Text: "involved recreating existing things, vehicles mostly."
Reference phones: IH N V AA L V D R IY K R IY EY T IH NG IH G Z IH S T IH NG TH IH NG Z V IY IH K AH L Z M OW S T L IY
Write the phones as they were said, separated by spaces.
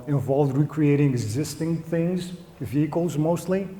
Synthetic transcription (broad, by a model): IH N V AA L V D R IY K R IY EY T IH NG IH G Z IH S T IH NG TH IH NG Z V IY IH K AH L Z M OW S T L IY